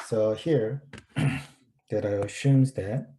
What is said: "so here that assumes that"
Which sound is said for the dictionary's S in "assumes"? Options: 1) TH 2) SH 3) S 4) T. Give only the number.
2